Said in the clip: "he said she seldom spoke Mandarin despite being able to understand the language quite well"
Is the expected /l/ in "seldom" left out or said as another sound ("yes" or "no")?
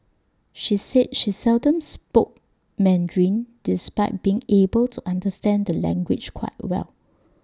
no